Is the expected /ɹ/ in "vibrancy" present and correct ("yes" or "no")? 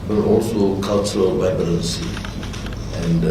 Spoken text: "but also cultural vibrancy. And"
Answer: no